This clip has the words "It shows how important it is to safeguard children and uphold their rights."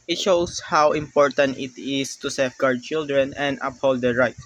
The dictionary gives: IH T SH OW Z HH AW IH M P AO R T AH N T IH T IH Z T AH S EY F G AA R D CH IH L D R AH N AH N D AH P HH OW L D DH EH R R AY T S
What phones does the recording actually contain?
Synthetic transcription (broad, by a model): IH T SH OW S HH AW IH M P AO R T AH N T IH T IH S T AH S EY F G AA R D CH IH L D R AH N AH N D AH P HH OW L D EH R R AY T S